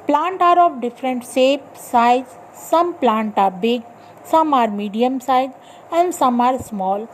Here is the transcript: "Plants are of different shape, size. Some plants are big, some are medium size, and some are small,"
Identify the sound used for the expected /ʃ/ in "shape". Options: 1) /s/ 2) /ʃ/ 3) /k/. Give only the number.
1